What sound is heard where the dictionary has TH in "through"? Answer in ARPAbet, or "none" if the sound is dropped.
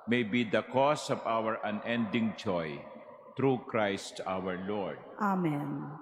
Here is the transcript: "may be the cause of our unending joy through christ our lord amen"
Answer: T